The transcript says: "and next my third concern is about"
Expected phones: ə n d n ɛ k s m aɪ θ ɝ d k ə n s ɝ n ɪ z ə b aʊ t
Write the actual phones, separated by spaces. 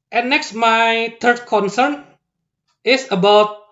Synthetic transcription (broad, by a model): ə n n ɛ k s m aɪ t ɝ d k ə n s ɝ n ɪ s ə b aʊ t